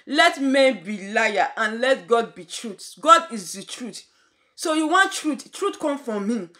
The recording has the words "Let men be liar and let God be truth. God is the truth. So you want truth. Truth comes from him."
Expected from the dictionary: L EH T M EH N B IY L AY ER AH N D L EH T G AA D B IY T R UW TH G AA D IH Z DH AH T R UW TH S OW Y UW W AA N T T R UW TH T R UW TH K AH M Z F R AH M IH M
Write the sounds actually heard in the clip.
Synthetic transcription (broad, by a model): L EH T M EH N B IY L AY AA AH N L EH T G AA D B IY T R UW T G AA D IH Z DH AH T R UW T S OW Y UW W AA N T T R UW T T R UW T K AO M F R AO M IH